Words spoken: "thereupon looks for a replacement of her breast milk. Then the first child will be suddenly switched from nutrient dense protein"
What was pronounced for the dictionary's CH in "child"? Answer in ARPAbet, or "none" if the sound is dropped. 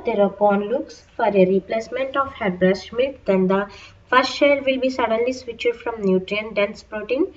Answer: SH